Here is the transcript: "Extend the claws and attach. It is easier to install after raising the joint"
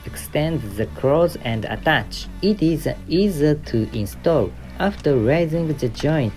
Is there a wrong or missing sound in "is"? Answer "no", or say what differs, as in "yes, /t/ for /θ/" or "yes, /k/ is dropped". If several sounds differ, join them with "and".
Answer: no